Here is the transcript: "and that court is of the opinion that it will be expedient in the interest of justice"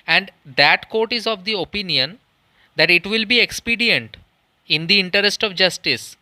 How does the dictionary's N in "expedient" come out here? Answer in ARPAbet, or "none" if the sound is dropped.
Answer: N